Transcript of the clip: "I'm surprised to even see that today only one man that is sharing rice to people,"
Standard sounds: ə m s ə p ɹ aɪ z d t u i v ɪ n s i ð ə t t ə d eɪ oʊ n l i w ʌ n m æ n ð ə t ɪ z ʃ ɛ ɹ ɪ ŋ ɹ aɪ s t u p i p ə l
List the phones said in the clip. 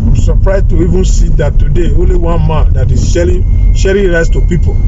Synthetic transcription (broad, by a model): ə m s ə p ɹ aɪ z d t u i v ɪ n s i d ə t t ə d eɪ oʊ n l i w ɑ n m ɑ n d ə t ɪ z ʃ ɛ ɹ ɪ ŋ ɹ aɪ s t u p i p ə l